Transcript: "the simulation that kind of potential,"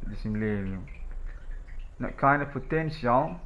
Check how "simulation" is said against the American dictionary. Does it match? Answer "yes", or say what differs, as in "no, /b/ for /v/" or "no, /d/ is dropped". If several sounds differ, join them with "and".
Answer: no, /ʃ/ is dropped